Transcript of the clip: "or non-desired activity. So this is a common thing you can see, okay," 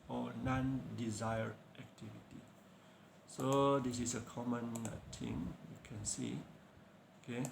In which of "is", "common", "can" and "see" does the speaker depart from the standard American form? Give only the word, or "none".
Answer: is